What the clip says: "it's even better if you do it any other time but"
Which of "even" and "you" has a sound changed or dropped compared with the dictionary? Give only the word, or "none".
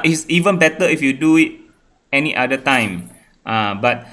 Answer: none